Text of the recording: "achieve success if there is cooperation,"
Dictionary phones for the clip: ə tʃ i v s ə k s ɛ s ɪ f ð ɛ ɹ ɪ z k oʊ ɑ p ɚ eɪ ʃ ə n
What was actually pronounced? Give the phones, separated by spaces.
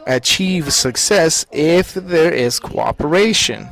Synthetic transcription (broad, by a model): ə tʃ i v s ə k s ɛ s ɪ f ð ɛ ɹ ɪ z k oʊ ɑ p ɚ eɪ ʃ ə n